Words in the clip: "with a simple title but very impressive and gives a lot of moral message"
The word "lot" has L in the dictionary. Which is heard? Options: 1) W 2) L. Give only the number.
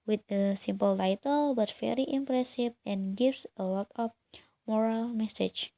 1